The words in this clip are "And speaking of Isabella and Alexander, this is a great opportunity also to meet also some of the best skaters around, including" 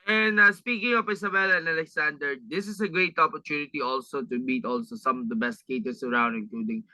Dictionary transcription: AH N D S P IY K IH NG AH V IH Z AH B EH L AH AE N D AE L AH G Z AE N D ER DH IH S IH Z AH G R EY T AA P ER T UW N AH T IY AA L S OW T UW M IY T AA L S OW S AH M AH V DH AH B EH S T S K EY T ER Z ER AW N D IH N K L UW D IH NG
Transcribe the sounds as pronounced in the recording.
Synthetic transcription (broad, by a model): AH N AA S P IY K IH NG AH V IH S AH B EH L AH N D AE L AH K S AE N D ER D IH S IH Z AH G R EY T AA P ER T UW N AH T IY AA L S OW T UW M IY T AA L S OW S AH M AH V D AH B EH S T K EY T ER S ER AW N D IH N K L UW D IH NG